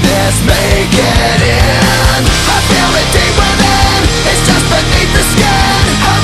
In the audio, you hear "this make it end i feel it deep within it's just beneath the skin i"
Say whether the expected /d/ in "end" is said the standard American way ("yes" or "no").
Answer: no